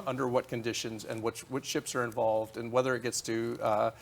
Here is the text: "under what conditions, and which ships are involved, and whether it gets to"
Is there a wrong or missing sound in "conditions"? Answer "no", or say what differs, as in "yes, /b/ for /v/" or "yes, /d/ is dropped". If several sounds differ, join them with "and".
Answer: no